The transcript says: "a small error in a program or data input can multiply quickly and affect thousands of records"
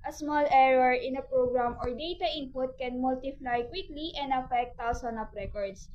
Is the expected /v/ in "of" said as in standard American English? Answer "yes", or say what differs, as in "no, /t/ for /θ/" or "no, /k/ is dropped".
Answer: no, /p/ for /v/